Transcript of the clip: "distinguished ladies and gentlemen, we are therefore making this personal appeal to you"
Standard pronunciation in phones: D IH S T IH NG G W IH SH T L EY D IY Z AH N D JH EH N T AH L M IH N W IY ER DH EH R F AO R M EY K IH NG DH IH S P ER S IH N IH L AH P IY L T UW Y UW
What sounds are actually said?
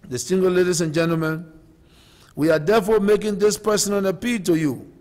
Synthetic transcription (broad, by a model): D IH S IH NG G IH L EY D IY S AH N JH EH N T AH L M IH N W IY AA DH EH F AO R M EY K IH NG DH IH S P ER S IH N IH N AH P IY L T UW Y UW